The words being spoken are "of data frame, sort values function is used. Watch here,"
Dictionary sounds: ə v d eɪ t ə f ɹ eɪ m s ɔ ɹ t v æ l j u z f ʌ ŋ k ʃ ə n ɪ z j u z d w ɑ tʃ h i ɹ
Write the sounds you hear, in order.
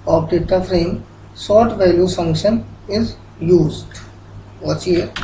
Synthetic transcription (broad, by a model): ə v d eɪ t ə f ɹ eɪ m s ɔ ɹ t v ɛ l j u f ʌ ŋ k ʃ ə n ɪ z j u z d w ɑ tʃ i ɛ